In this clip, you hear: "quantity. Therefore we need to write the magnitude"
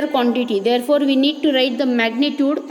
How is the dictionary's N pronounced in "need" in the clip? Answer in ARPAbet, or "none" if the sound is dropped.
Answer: N